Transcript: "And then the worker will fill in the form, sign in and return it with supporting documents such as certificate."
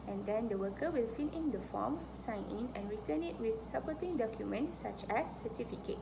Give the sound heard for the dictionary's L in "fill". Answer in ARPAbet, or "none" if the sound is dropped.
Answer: N